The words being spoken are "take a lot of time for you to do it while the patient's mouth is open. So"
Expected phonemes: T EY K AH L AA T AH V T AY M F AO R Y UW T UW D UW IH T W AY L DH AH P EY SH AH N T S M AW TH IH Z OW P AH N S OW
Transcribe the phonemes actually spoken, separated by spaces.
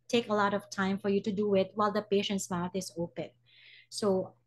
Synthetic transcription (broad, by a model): T EY K AH L AA T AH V T AY M F AO R Y UW T UW D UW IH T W AY L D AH P EY SH AH N T S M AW T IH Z OW P AH N S OW